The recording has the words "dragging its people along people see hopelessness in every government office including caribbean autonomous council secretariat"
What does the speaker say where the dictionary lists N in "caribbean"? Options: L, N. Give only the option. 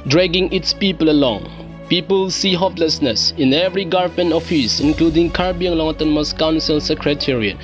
L